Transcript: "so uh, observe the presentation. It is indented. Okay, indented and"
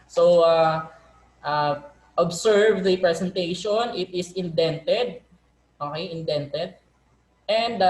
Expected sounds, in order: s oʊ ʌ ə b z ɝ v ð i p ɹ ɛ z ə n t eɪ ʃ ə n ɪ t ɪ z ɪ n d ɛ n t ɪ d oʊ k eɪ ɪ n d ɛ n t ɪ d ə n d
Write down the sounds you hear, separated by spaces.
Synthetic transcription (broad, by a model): s oʊ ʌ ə b s ɝ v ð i p ɹ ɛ s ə n t eɪ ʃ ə n ɪ t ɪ s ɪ n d ɛ n t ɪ d oʊ k eɪ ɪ n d ɛ n t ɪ d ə n d